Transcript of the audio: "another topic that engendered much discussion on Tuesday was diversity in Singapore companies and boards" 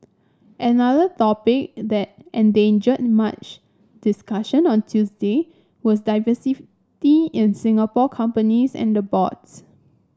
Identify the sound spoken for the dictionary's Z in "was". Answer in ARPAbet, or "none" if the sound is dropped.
S